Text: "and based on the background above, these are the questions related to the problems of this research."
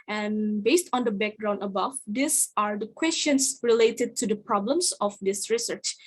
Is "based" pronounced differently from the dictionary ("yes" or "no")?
no